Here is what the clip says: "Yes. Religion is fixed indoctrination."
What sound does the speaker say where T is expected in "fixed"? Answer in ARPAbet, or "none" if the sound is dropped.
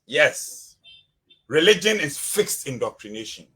T